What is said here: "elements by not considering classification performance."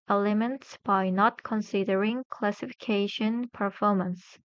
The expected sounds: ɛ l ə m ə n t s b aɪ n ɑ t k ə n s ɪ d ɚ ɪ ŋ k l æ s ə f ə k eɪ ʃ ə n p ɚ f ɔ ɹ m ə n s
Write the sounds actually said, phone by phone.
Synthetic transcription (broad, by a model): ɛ l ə m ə n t s b aɪ n ɑ t k ə n s ɪ d ɚ ɪ ŋ k l æ s ə f ə k eɪ ʃ ə n p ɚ f ɔ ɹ m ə n s